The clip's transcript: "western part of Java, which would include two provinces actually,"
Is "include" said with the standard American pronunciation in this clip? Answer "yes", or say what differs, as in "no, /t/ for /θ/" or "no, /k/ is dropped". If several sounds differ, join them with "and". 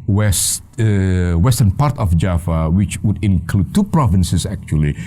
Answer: yes